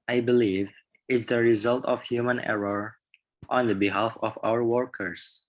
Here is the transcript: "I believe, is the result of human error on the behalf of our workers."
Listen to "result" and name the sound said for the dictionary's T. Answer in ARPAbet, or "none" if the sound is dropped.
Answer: T